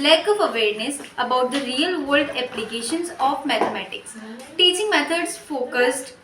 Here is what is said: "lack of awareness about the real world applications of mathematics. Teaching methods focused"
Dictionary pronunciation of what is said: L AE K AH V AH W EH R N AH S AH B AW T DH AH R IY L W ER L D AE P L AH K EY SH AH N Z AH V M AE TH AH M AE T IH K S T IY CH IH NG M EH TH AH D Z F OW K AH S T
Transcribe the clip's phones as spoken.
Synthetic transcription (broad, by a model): L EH K AH V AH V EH R N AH S AH B AW T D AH R IY L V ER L D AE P L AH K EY SH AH N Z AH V M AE T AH M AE T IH K S T IY CH IH NG M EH T AH D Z F OW K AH S T